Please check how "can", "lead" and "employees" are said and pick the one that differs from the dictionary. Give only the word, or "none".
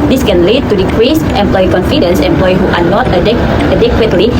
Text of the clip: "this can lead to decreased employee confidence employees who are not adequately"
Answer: employees